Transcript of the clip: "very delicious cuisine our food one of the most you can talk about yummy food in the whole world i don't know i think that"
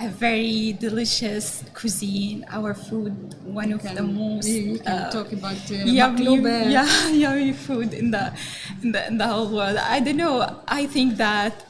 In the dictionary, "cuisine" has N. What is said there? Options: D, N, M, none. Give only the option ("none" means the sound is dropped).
N